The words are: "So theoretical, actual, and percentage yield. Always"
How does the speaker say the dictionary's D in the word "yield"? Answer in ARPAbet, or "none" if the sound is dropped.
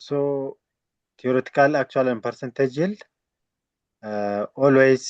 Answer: none